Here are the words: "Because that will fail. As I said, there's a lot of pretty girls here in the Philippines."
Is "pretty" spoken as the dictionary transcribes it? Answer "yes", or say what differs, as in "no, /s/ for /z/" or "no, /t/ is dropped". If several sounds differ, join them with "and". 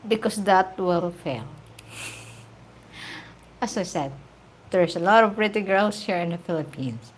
yes